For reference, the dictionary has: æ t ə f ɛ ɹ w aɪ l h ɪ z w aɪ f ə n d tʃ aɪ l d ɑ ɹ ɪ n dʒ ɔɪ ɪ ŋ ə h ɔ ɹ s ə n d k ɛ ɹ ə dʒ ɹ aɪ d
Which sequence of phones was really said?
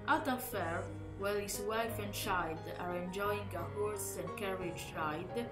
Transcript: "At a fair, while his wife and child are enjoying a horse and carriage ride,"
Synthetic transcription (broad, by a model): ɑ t ə f ɛ ɹ w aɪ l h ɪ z w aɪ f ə n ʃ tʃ aɪ d ɑ ɹ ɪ n dʒ ɔɪ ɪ ŋ ə h ɔ ɹ s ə n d k ɛ ɹ ə dʒ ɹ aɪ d